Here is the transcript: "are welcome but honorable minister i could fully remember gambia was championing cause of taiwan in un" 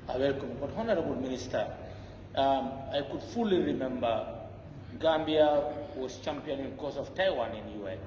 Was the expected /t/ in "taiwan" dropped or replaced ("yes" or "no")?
no